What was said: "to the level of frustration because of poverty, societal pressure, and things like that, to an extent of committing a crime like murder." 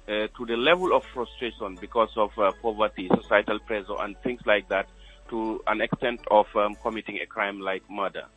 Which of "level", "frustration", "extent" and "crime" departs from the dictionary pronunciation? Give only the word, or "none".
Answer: none